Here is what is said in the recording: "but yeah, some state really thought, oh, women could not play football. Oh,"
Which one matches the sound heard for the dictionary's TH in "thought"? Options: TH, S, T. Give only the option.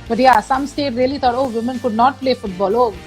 T